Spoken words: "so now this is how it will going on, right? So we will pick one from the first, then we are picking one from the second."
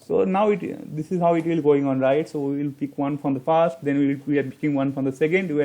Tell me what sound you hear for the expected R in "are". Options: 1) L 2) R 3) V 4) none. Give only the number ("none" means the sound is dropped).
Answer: 1